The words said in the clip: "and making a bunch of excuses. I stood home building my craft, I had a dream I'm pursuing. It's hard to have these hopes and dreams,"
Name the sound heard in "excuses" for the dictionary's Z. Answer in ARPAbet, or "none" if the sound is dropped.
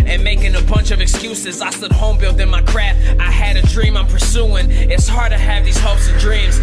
Z